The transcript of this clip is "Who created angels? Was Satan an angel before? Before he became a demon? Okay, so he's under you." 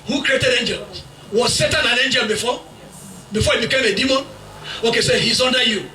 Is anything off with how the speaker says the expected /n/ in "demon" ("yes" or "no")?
no